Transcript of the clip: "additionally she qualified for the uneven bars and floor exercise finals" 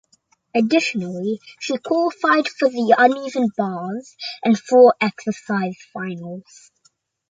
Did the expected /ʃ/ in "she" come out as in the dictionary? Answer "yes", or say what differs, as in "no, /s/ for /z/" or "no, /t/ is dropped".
yes